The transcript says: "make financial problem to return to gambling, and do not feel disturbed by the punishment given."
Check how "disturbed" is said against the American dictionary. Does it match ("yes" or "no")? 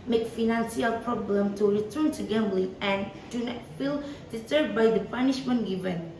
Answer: no